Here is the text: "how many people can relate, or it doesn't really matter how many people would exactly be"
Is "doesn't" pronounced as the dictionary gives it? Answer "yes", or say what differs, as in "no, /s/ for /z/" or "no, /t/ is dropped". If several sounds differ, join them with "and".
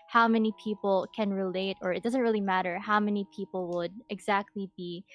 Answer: yes